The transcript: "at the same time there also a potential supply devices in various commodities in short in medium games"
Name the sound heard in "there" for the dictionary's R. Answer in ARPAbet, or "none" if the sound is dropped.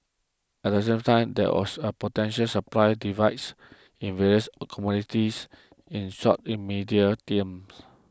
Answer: W